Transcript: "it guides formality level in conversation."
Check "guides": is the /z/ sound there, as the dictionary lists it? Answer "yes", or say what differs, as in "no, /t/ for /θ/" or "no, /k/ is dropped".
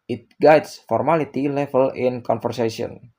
no, /s/ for /z/